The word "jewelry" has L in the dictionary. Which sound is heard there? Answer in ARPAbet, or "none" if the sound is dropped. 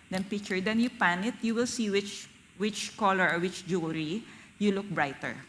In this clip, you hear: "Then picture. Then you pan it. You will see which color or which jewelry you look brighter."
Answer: none